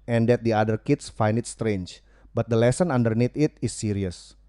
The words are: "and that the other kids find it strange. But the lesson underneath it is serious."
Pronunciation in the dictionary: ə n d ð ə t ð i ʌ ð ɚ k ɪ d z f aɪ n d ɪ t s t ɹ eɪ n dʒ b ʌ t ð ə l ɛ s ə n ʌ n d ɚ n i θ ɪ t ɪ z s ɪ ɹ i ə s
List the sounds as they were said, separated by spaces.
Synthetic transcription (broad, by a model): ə n d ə t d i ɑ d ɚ k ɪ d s f aɪ n d ɪ t s t ɹ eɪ n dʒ b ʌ t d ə l ɛ s ə n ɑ n d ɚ n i t ɪ t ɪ s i ɹ i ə s